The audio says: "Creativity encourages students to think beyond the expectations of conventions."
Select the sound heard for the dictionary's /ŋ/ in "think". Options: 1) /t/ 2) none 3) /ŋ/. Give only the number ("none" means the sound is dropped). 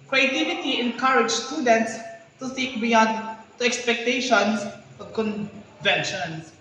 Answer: 2